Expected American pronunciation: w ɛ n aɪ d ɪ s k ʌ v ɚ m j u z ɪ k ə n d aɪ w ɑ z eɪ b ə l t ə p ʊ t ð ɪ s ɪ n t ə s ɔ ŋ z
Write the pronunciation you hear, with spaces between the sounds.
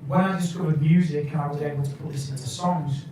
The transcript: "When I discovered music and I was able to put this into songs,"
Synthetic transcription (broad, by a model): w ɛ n aɪ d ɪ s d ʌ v m j u z ɪ k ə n aɪ w ɑ z eɪ b ə l t ə p ʊ t ð ɪ s ɪ n t ə s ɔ ŋ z